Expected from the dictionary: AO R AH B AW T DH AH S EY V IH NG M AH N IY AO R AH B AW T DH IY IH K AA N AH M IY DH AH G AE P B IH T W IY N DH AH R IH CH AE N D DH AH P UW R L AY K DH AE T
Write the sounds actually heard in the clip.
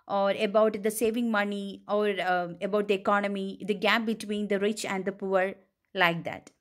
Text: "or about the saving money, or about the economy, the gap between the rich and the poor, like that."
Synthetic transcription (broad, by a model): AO R AH B AW T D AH S EY V IH NG M AH N IY AO R AH B AW T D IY IH K AA N AH M IY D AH G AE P B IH T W IY N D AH R IH CH AE N D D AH P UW R L AY K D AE T